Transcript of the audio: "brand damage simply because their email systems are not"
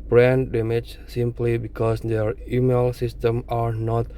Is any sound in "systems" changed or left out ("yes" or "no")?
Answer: yes